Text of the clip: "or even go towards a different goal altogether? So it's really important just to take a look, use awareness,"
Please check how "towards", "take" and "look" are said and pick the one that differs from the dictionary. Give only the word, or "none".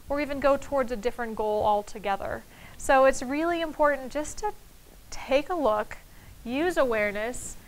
none